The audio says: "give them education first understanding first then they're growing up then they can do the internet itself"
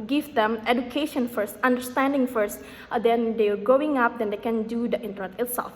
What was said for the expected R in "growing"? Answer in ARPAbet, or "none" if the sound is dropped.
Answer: none